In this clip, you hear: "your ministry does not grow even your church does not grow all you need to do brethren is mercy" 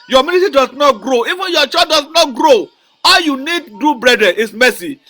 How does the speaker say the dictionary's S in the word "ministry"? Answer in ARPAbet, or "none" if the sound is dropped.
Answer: none